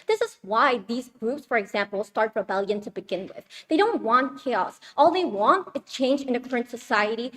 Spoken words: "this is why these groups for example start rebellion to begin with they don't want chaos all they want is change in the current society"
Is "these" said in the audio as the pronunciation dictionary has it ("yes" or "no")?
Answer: yes